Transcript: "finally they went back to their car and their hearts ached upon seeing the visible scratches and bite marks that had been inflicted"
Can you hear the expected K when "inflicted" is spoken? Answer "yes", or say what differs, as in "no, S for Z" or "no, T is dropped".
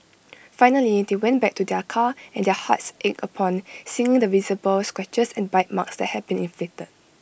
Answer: no, K is dropped